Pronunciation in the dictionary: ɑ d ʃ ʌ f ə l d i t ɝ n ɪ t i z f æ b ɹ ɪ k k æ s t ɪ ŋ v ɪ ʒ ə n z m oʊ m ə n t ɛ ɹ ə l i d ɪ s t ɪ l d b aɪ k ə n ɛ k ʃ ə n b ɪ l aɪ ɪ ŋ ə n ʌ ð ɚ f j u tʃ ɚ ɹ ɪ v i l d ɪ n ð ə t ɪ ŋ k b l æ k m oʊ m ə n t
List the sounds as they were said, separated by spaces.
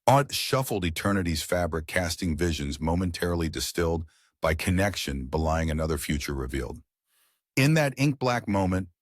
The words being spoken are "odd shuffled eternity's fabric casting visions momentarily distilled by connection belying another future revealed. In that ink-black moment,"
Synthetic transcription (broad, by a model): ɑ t ʃ ʌ f l d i t ɝ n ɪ t i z f æ b ɹ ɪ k k æ s t ɪ ŋ v ɪ ʒ ə n z m oʊ m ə n t ɛ ɹ l i d ɪ s t ɪ l d b aɪ k ə n ɛ k ʃ ə n b ɪ l aɪ ɪ ŋ ə n ʌ ð ɚ f j u tʃ ɚ ɹ ɪ v i l d ɪ n ð ə t ɪ ŋ k b l æ k m oʊ m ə n t